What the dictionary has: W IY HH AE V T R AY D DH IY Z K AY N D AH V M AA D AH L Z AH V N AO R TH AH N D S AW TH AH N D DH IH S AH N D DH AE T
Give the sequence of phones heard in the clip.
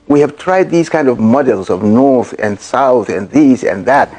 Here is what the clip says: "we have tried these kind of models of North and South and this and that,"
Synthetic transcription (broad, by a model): W IY HH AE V T R AY D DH IY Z K AY N D AH V M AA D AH L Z AH V N AO R TH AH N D S AW TH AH N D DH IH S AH N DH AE T